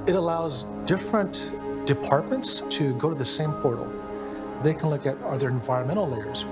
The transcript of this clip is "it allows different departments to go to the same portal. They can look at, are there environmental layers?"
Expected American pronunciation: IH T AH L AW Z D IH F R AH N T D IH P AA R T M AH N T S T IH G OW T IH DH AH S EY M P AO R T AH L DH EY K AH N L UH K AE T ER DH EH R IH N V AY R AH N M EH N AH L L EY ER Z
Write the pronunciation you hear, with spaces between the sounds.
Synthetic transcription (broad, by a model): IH T AH L AW Z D IH F R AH N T D IH P AA R T M AH N T S T IH G OW T IH DH AH S EY M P AO R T L DH EY K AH N L UH K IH T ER DH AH R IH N V AY R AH N M EH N L L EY ER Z